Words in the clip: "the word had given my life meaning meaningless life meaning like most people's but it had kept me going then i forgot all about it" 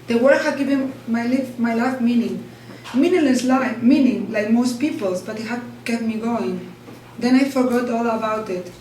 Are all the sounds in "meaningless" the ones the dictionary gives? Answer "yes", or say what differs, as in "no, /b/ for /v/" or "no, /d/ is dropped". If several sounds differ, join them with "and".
no, /ŋ/ is dropped